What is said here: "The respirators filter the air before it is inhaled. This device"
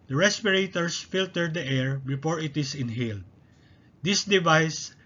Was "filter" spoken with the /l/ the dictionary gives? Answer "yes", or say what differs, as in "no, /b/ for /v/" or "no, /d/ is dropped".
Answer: yes